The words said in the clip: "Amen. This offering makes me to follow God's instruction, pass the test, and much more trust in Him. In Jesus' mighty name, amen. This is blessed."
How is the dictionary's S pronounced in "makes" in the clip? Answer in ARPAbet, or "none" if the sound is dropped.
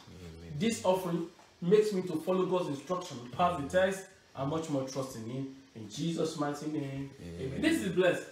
S